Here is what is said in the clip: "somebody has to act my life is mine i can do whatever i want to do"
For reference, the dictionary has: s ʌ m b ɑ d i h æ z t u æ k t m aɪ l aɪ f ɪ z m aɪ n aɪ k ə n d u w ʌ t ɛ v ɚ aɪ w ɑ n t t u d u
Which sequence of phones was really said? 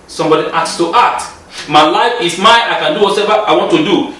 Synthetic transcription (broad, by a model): s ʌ m b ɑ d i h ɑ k t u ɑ t m aɪ l aɪ f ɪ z m aɪ aɪ k ə n d u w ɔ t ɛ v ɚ aɪ w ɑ n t t u d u